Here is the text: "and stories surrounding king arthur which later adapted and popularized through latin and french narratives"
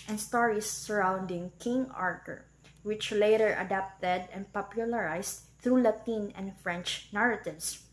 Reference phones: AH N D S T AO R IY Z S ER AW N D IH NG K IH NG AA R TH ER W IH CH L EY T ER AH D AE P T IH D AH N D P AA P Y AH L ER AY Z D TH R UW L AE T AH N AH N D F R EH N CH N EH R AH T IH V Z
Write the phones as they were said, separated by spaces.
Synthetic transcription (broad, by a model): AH N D S T AO R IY S ER AW N D IH NG K IH NG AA R T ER W IH CH L EY T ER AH D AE P T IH D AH N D P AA P Y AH L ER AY S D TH R UW L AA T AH N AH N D F R EH N CH N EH R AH T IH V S